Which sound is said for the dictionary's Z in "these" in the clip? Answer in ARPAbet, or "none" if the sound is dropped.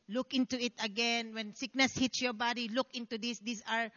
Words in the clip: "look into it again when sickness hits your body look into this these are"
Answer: S